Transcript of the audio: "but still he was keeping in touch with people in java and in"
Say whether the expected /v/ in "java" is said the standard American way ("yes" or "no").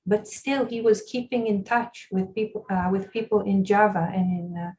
yes